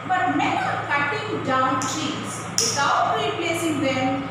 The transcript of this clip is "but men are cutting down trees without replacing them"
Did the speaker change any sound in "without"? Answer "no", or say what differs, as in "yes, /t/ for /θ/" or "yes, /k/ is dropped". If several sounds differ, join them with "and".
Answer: yes, /s/ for /θ/